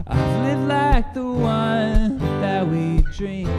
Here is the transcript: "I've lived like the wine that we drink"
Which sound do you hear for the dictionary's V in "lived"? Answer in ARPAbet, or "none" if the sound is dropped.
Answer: none